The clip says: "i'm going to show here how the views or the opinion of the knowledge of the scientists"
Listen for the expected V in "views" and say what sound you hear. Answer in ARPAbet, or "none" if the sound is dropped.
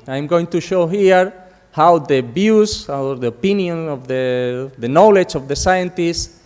B